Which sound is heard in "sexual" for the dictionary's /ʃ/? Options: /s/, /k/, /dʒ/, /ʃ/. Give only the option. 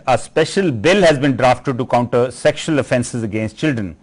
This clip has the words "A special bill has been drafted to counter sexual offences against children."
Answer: /ʃ/